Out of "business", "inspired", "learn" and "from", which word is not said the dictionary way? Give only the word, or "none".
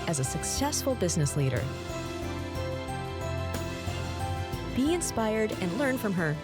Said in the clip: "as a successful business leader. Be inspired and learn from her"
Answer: none